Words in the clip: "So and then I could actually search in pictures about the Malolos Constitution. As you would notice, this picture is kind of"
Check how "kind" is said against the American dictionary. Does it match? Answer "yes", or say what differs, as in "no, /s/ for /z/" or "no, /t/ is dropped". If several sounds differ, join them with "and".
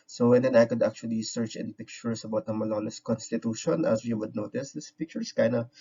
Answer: no, /d/ is dropped